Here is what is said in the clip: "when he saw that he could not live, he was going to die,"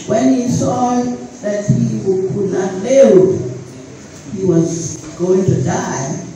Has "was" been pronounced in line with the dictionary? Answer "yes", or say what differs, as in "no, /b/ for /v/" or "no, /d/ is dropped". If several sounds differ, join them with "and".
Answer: yes